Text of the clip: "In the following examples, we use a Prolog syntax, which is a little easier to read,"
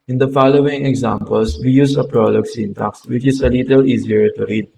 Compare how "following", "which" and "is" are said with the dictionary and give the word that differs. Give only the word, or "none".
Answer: is